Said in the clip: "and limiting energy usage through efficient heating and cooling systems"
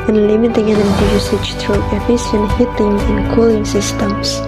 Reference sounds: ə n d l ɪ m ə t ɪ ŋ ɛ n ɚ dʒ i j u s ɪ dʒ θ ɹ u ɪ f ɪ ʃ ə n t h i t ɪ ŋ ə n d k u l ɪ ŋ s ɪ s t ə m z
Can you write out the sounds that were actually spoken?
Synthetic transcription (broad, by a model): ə n l ɪ m ə t ɪ ŋ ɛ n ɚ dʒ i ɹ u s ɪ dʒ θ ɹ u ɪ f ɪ s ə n h i t ɪ ŋ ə n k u l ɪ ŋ s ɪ s t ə m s